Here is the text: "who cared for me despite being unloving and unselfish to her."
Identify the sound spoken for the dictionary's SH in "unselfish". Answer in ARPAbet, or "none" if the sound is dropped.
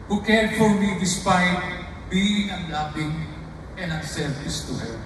S